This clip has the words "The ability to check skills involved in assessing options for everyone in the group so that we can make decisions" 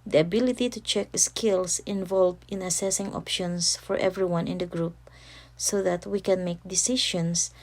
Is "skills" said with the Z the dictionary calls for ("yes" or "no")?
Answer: no